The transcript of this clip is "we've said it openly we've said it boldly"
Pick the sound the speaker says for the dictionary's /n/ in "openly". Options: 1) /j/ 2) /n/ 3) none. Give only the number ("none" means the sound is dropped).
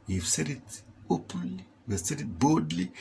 3